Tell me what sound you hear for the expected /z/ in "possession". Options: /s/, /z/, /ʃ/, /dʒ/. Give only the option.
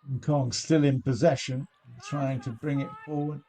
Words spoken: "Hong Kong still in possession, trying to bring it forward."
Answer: /z/